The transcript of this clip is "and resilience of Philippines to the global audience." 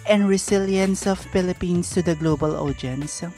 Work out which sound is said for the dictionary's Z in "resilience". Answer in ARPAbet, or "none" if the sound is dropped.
S